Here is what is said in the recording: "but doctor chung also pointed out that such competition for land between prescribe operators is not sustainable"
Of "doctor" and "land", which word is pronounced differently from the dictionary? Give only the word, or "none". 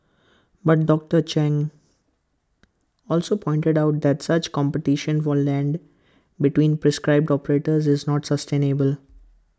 none